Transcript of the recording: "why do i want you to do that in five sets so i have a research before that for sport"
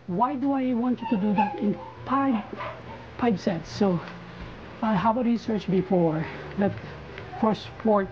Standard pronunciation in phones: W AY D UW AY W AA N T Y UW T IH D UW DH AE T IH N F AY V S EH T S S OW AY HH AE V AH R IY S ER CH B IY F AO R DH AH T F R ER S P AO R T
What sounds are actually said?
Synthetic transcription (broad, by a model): W AY D UW AY W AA N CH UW T IH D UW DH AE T IH N P AY P S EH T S S OW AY HH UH B AH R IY S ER CH B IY F AO R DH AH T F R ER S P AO R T